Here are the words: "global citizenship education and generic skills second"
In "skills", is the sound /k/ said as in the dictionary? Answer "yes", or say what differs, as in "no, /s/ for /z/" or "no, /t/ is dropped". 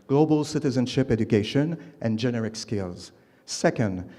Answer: yes